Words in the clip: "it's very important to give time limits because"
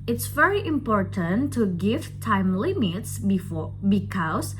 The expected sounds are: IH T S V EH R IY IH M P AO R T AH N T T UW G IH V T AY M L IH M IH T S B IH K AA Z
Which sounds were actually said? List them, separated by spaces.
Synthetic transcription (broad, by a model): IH T S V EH R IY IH M P AO R T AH N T T UW G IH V T AY M L IH M IH T S B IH K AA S